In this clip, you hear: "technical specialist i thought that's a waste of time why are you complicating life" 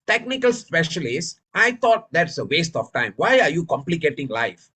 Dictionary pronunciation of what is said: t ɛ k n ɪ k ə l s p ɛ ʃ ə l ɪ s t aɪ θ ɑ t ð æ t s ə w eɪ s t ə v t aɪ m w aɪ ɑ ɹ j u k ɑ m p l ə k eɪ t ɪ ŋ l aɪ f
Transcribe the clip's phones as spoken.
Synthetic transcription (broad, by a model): t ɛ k n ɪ k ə l s p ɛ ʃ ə l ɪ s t aɪ t ɑ t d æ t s ə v eɪ s t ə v t aɪ m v aɪ ɑ ɹ j u k ɑ m p l ə k eɪ t ɪ ŋ l aɪ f